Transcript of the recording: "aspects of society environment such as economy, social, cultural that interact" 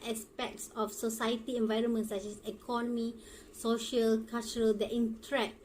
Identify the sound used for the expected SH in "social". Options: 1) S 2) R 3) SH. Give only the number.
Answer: 3